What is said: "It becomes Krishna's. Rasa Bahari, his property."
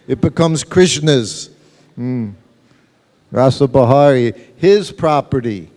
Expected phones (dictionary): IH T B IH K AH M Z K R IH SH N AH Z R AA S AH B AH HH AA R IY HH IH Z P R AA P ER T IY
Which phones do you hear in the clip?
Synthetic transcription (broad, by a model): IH T B IH K AH M Z K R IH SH N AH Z R AA S AH B AH HH AA R IY HH IH Z P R AA P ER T IY